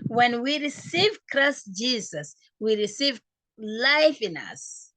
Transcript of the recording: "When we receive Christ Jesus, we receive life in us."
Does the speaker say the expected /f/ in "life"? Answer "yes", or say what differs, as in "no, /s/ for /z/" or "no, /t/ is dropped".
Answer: yes